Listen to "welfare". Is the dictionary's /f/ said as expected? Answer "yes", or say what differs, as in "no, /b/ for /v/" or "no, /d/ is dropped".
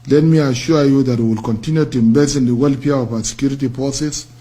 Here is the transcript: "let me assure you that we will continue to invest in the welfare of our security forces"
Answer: no, /p/ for /f/